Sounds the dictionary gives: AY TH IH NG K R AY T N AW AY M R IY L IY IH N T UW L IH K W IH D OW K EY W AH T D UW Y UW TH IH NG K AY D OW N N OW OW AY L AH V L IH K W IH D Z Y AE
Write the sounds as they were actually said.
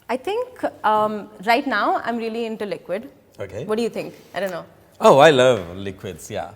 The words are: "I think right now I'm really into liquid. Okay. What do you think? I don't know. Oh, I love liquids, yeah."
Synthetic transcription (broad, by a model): AY T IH NG K R AY T N AW AY M R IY L IY IH N T UW L IH K W IH D OW K EY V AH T D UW Y UW T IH NG K AY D OW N N OW OW AY L AH V L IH K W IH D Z Y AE